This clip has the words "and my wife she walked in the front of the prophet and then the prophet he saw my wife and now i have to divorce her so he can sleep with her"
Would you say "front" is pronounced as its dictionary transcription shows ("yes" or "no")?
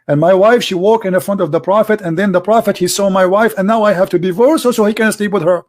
yes